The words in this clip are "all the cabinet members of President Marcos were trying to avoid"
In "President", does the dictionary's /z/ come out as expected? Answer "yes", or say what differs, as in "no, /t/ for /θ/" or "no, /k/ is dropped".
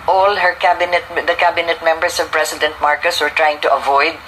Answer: no, /s/ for /z/